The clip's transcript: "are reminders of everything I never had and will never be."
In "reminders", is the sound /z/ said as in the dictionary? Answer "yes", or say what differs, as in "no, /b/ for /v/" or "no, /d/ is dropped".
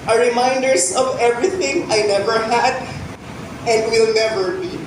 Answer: no, /s/ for /z/